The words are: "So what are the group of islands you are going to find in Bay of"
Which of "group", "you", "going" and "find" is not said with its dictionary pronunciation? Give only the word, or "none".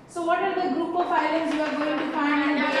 find